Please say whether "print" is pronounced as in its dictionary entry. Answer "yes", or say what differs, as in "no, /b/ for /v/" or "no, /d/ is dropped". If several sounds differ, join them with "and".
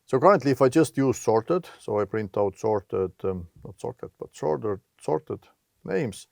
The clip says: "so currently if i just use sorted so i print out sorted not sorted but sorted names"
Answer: yes